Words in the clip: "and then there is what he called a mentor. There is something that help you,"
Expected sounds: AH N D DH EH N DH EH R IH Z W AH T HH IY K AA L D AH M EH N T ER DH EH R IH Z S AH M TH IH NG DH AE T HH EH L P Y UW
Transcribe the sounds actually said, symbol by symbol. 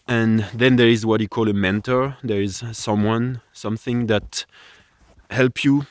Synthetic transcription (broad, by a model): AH N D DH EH N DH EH R IH Z W AH T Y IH K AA L AH M EH N T ER DH EH R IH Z S AH M TH IH NG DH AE T HH EH L P Y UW